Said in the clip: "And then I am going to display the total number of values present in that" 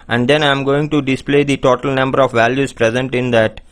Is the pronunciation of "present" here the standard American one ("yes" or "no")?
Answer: yes